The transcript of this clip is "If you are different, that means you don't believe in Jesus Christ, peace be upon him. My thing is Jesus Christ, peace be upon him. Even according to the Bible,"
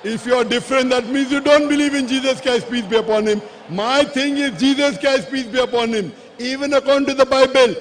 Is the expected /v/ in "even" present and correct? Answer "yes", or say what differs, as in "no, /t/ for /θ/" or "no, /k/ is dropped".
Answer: yes